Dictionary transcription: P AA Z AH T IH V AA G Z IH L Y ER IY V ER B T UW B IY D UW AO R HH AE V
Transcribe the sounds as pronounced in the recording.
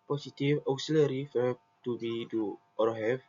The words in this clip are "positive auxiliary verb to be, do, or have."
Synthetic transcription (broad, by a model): P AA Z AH T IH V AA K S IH L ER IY F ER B T UW B IY D UW AO R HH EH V